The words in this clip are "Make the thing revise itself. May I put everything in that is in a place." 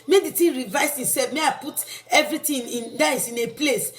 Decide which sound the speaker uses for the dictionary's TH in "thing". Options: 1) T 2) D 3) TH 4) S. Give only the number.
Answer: 1